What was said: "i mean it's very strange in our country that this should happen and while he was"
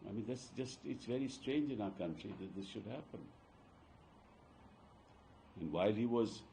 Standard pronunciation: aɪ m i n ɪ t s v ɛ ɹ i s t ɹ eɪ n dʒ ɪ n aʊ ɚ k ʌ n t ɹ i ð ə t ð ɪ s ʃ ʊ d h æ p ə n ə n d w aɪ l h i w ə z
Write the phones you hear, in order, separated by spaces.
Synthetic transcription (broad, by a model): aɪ m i n ɪ t s v ɛ ɹ i s t ɹ eɪ n dʒ ɪ n aʊ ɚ k ʌ n t ɹ i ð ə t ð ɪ s ʃ ʊ d h æ p ə n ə n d w aɪ l h i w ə z